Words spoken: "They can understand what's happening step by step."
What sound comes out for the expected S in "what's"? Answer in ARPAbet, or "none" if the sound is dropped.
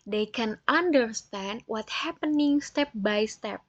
none